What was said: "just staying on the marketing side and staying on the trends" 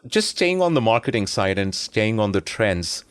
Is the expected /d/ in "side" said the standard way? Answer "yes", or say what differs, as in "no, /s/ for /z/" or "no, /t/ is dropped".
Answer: yes